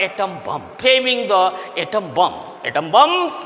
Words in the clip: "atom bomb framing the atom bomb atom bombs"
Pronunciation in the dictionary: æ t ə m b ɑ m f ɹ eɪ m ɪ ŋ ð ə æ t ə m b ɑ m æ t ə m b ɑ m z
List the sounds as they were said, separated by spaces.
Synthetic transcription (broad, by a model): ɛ t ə m b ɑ m p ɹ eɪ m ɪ ŋ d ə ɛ t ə m b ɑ m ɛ t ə m b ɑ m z